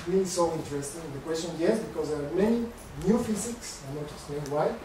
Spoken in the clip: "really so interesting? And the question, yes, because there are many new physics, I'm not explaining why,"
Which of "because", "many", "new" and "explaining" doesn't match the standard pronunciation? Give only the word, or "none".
explaining